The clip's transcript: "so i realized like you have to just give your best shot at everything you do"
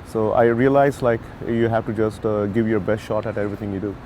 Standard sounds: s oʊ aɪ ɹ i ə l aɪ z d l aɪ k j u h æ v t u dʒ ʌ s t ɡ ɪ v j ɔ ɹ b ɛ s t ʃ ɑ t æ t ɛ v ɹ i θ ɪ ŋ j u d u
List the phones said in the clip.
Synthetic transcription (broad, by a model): s oʊ aɪ ɹ i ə l aɪ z l aɪ k j u h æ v t u dʒ ʌ s t ɡ ɪ v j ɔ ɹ b ɛ s t ʃ ɑ t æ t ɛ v ɹ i t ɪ ŋ j u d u